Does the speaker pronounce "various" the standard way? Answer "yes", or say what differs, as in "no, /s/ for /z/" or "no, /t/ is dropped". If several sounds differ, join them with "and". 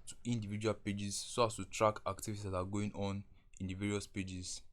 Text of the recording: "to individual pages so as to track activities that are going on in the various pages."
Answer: yes